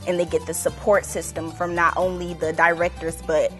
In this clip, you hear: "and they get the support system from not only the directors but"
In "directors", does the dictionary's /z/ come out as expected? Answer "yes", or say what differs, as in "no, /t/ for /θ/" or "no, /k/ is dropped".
yes